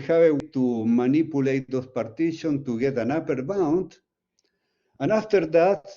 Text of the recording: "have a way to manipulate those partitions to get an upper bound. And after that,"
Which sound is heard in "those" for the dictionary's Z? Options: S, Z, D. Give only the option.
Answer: S